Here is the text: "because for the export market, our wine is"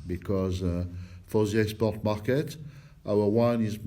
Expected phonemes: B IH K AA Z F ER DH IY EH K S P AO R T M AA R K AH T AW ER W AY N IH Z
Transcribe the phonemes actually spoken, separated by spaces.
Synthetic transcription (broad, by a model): B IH K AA Z F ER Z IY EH S P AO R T M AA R K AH T AW ER W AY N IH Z